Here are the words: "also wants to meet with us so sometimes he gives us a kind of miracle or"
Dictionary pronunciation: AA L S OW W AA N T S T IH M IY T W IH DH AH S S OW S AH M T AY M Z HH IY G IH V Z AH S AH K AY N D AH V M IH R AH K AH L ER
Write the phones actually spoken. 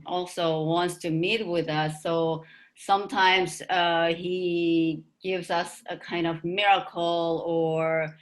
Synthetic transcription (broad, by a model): AA L S OW W AA N T S T IH M IY T W IH DH AH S S OW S AH M T AY M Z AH IY G IH V Z AH S AH K AY N D AH V M IH R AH K L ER